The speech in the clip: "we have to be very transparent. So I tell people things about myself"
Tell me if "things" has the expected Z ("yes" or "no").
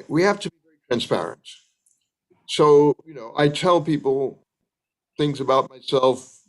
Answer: yes